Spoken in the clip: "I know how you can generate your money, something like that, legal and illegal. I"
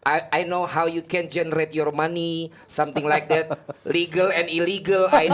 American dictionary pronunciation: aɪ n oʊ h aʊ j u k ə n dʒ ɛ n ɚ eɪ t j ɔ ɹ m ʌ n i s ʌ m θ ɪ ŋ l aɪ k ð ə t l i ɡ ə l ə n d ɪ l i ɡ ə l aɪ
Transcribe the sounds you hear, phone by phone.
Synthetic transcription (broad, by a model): aɪ n oʊ h aʊ j u k ə n dʒ ɛ n ɚ eɪ t j ɔ ɹ m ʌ n i s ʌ m t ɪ ŋ l aɪ k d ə t l i ɡ ə l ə n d ɪ l i ɡ ə l aɪ